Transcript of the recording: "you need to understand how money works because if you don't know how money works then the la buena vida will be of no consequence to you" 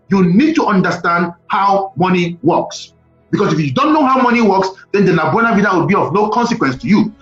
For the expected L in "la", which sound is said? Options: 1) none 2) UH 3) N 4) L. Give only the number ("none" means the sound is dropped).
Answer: 3